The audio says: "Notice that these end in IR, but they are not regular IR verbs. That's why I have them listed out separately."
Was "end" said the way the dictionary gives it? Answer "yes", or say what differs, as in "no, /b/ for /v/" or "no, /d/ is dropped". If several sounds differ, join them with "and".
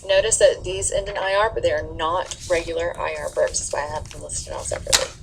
no, /d/ is dropped